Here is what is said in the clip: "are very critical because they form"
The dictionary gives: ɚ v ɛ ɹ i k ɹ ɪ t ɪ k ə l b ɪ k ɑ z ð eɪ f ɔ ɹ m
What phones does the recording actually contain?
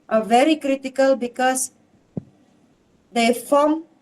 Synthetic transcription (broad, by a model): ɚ v ɛ ɹ i k ɹ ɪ t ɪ k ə l b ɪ k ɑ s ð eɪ f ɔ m